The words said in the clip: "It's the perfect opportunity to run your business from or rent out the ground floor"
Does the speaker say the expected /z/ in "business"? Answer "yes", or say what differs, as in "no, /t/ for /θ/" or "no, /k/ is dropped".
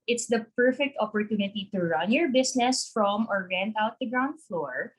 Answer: no, /s/ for /z/